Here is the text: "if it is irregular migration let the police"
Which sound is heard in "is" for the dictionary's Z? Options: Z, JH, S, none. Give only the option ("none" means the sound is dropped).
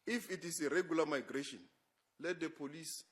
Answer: S